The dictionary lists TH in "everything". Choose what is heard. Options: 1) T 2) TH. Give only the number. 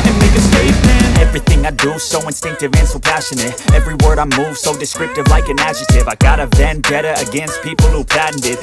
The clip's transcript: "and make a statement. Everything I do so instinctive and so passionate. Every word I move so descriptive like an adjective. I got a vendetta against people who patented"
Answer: 2